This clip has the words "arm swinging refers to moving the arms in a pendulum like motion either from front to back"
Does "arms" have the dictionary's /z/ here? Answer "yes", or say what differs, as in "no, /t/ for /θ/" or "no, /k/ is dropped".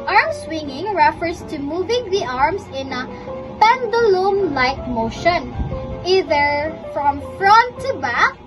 no, /s/ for /z/